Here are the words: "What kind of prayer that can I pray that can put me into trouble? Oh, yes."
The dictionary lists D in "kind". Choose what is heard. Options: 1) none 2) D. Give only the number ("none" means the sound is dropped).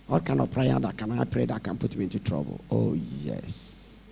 1